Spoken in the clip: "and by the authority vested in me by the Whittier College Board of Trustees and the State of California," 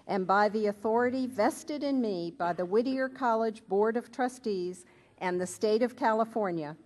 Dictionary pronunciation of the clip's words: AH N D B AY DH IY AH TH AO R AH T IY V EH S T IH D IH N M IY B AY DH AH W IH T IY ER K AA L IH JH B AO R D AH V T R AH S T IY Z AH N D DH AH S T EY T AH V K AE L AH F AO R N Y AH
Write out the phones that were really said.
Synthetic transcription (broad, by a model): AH N B AY DH IY AH TH AO R AH T IY V EH S T IH D IH N M IY B AY DH AH W IH T IY ER K AA L IH JH B AO R D AH V T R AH S T IY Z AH N DH AH S T EY T AH V K AE L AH F AO R N Y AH